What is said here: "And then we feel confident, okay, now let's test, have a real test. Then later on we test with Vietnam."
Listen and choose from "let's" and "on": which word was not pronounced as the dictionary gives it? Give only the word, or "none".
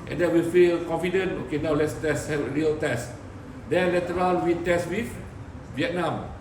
on